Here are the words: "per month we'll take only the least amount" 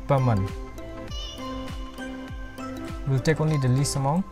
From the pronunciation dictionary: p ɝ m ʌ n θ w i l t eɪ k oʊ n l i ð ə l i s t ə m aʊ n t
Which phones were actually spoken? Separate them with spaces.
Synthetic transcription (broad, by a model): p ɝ m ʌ n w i l t eɪ k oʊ n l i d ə l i s ə m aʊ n